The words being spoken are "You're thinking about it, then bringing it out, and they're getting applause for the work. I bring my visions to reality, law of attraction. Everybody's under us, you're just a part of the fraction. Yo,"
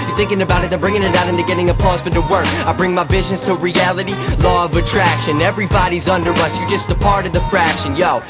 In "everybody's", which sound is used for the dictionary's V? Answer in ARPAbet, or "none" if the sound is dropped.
V